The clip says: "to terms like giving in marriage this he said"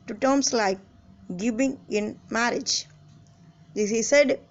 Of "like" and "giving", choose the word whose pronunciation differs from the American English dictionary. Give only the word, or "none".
giving